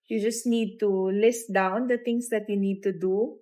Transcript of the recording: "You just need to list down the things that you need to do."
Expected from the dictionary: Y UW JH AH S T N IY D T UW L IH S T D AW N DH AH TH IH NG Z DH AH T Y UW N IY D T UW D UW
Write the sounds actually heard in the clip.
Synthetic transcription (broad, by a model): Y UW JH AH S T N IY D T UW L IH S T D AW N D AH T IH NG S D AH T Y UW N IY D T UW D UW